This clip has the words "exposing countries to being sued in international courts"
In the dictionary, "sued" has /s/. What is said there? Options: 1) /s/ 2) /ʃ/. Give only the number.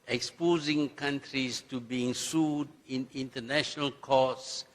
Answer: 1